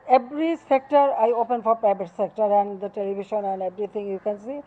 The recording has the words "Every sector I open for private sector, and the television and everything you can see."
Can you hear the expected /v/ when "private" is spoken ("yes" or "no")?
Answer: no